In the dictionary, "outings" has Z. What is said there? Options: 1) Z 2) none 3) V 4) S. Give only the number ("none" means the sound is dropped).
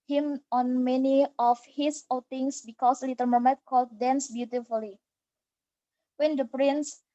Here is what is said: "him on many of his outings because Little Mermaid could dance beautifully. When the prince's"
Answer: 4